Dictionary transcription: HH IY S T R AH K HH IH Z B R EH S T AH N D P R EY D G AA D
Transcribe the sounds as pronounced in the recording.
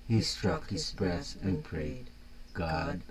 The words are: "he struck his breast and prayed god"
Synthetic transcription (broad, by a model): HH IY S T R AH K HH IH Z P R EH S AH N P R EY D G AA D